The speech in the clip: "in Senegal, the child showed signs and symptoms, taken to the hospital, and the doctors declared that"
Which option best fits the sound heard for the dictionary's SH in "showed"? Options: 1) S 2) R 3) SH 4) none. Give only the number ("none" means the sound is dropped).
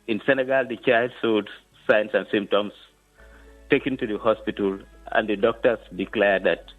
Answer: 1